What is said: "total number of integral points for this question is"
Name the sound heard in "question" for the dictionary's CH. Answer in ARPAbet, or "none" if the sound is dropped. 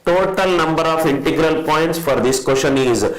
SH